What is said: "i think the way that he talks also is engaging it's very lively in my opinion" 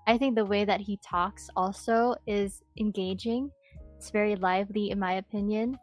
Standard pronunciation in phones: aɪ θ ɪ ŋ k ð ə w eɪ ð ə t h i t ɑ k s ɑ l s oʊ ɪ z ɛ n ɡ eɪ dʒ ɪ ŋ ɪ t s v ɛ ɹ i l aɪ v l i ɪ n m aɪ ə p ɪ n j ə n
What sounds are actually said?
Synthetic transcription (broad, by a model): aɪ θ ɪ ŋ k ð ə w eɪ ð ə t h i t ɑ k s ɑ l s oʊ ɪ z ɛ n ɡ eɪ dʒ ɪ ŋ ɪ t s v ɛ ɹ i l aɪ v l i ɪ n m aɪ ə p ɪ n j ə n